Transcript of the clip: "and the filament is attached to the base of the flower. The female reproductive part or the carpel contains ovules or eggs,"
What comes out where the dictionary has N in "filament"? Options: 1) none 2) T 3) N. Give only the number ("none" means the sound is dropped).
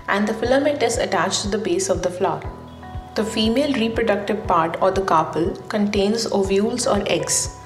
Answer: 1